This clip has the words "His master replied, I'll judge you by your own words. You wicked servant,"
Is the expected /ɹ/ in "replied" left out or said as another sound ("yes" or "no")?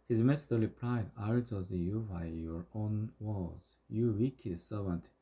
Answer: yes